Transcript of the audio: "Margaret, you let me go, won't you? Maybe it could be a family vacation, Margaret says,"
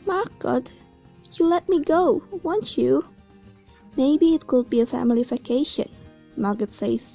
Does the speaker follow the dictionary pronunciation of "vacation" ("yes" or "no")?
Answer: no